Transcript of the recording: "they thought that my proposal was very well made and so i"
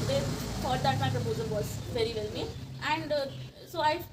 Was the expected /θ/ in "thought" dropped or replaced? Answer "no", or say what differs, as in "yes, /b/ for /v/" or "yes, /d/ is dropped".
yes, /f/ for /θ/